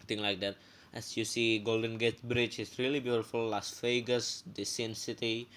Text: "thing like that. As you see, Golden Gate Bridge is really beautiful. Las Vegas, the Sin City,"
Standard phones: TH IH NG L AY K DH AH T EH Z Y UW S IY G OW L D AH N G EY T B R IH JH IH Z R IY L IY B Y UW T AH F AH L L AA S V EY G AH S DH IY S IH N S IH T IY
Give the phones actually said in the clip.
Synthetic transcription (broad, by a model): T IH NG L AY K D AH T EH S Y UW S IY G OW L D AH N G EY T B R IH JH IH S R IY L IY B Y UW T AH F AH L L AA S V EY G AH S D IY S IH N S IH T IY